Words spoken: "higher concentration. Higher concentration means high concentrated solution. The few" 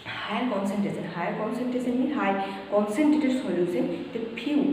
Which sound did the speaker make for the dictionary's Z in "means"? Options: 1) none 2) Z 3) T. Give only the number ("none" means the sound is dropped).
1